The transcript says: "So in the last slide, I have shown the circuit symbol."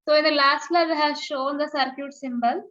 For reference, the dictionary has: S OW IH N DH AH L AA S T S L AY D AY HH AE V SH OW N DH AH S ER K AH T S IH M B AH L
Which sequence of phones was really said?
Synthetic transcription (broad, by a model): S OW IH N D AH L AA S T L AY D HH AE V SH OW N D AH S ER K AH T S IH M B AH L